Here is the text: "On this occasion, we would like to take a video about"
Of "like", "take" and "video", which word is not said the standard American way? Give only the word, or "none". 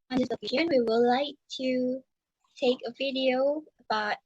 none